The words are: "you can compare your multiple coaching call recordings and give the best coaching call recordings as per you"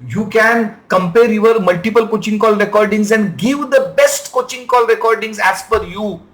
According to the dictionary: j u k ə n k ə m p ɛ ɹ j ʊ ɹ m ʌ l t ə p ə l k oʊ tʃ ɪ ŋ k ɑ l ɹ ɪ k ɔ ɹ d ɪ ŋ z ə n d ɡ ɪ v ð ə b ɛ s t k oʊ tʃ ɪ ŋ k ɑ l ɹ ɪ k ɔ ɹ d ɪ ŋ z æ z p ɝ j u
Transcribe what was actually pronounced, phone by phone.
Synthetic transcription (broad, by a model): j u k ə n k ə m p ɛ ɹ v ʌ ɹ m ʌ l t ə p ə l k oʊ tʃ ɪ ŋ k ɑ l ɹ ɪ k ɔ ɹ d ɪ ŋ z ə n d ɡ ɪ v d ə b ɛ s t k oʊ tʃ ɪ ŋ k ɑ l ɹ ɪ k ɔ ɹ d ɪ ŋ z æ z f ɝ j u